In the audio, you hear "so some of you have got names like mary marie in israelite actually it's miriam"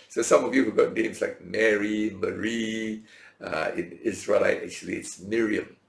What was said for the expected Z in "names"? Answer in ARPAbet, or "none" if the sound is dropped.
S